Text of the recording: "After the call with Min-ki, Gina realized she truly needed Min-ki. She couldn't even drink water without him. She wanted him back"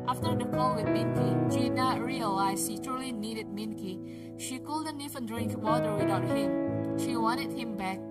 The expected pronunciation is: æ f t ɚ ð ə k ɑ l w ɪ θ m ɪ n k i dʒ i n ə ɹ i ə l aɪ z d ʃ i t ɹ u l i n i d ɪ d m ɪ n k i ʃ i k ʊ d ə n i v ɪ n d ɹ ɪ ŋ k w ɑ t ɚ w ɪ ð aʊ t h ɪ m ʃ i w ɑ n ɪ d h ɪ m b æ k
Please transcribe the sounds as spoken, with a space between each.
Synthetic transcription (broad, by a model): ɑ f t ɚ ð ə k ɑ l w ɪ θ m ɪ n k i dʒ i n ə ɹ i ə l aɪ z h i t ɹ u l i n i d ɪ d m ɪ n k i ʃ i k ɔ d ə n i f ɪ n d ɹ ɪ ŋ k w ɑ t ɚ w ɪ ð aʊ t h ɪ m ʃ i w ɑ n ɪ d h ɪ m b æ k